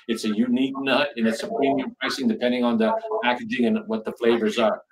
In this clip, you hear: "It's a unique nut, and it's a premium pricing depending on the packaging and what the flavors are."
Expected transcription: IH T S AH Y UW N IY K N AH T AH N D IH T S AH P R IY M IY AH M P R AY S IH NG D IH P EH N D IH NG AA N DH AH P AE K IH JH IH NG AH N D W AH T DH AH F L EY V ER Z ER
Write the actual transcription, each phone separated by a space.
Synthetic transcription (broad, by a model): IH T S AH Y UW N IY K N AH T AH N IH T S AH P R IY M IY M P R AY S IH NG D IH P EH N D IH NG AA N DH AH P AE K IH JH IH NG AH N W AH T DH AH F L EY V ER Z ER